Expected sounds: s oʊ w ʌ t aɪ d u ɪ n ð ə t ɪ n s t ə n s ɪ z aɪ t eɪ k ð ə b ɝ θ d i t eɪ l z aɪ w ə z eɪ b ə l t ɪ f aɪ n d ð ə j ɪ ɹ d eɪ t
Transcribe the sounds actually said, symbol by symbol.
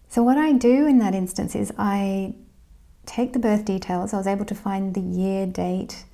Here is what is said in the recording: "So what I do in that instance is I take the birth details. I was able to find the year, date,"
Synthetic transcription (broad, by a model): s oʊ w ʌ t aɪ d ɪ ɪ n ð ə t ɪ n s t ə n s ɪ z aɪ t eɪ k ð ə b ɝ θ d i t eɪ l z aɪ w ə z eɪ b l t ɪ f aɪ n ð ə j ɪ ɹ d eɪ t